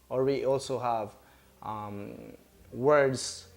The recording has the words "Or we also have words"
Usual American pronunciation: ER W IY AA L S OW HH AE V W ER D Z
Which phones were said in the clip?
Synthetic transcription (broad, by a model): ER W IY AA L S OW HH AE V W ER D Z